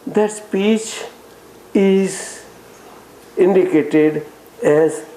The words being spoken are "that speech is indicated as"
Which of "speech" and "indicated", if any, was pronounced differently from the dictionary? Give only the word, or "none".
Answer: none